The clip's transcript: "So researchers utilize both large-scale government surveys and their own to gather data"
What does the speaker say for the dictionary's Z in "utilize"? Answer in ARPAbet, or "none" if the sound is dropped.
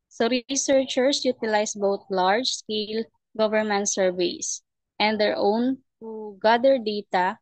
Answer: S